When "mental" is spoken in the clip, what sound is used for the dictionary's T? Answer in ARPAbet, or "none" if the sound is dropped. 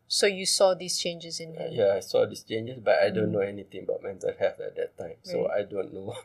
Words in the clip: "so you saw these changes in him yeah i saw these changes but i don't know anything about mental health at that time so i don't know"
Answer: S